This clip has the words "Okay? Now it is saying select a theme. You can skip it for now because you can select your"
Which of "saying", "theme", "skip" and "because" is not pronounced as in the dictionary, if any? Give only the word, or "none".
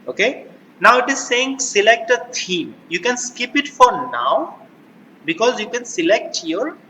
theme